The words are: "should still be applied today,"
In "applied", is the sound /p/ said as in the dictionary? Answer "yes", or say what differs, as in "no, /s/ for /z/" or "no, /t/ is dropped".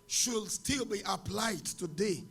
yes